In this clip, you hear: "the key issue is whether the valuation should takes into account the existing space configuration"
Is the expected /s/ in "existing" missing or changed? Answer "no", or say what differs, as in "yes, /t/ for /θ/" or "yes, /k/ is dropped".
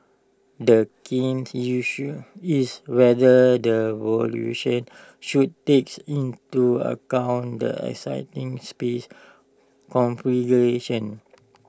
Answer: yes, /s/ is dropped